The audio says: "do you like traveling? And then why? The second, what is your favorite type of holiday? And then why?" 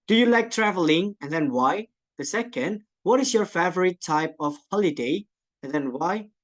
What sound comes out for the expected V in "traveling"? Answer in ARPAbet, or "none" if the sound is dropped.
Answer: V